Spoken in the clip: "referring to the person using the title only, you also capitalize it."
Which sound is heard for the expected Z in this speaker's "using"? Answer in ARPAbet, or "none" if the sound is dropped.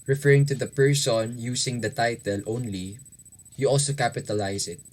S